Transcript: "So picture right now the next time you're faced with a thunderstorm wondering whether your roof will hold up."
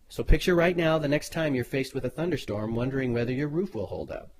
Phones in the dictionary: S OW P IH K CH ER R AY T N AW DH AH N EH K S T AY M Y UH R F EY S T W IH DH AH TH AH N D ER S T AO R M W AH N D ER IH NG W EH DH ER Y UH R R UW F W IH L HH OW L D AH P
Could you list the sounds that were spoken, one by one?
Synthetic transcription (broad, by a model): S OW P IH K CH ER R AY T N AW DH AH N EH K S T AY M Y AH R F EY S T W IH DH AH TH AH N D ER S T AO R M W AH N D ER IH NG W EH DH ER Y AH R R UW F W IH L HH OW L D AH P